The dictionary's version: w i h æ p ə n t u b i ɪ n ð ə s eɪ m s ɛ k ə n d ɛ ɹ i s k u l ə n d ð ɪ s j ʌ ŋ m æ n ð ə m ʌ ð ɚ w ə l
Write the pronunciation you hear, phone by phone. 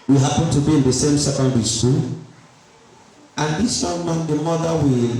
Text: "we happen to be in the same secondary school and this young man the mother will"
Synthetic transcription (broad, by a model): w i h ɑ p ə n t u b i ɪ n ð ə s eɪ m s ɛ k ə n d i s u n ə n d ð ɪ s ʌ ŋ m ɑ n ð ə m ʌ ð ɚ w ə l